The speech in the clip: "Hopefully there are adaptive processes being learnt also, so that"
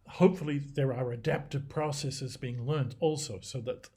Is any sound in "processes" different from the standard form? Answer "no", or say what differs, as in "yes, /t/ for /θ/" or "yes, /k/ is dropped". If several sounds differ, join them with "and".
no